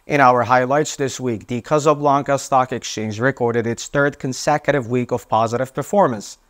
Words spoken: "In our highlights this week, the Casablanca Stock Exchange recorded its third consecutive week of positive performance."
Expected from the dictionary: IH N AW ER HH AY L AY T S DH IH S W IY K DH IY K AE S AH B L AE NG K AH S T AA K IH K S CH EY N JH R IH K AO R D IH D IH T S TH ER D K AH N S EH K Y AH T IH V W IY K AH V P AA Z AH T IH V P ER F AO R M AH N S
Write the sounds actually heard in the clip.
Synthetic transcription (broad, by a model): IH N AW ER HH AY L AY T S DH IH S W IY K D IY K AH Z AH B L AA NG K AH S T AA K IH K S CH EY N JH R IH K AO R D IH D IH T S TH ER D K AH N S EH K Y AH T IH V W IY K AH V P AA Z AH T IH V P ER F AO R M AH N S